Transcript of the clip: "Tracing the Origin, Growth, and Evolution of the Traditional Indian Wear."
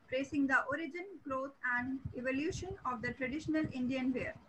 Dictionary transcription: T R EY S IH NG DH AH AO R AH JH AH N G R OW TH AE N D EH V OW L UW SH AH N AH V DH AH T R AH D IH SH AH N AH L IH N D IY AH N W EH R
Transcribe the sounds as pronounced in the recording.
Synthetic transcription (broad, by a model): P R EY S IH NG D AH AO R AH JH AH N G R OW T AE N D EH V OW L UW SH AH N AH V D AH T R AH D IH SH AH N AH L IH N D IY AH N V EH R